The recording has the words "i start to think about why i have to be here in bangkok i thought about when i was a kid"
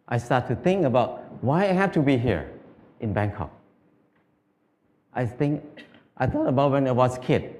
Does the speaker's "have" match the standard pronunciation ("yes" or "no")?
no